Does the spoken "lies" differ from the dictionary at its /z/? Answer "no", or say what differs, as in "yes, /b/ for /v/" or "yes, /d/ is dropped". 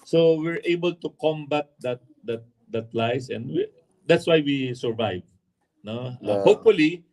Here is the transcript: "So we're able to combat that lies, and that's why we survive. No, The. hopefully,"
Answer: yes, /s/ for /z/